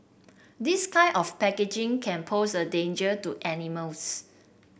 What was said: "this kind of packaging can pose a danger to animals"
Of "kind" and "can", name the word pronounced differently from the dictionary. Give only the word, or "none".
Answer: kind